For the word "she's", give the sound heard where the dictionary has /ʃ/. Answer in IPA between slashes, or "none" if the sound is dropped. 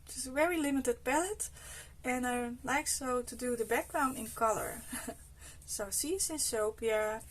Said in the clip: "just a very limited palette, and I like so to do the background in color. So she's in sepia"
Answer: /s/